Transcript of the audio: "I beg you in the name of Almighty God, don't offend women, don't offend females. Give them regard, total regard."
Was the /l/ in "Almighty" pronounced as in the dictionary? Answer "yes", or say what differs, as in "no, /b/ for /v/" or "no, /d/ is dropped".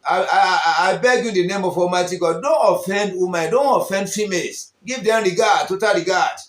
no, /l/ is dropped